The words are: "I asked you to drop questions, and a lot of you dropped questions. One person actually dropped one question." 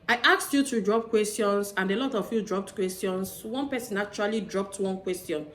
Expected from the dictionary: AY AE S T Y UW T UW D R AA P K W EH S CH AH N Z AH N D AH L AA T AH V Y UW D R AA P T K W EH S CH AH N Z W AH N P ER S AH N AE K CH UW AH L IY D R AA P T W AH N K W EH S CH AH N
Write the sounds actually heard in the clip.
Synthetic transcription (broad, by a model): AY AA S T Y UW T UW D R AA P K W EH S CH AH N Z AH N D AH L AA T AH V Y UW D R AA P T K W EH S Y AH N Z W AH N P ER S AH N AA CH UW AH L IY D R AA P T W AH N K W EH S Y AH N